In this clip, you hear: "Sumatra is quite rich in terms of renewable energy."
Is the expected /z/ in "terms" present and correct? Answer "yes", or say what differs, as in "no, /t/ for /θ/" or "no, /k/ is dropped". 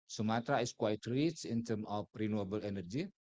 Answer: no, /z/ is dropped